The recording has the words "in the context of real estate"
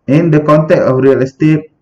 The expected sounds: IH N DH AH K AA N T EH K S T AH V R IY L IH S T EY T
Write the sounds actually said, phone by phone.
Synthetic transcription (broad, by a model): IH N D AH K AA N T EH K T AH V R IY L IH S T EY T